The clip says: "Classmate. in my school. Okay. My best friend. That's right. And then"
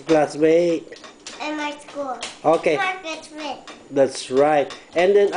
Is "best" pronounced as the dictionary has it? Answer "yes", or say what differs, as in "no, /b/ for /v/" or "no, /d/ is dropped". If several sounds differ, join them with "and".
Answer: no, /s/ is dropped